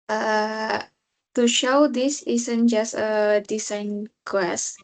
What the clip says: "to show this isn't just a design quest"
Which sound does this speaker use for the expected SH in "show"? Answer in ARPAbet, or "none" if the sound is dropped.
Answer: SH